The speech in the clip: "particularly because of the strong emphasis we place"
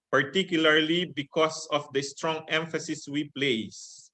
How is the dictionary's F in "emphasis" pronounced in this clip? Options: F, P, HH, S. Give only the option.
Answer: F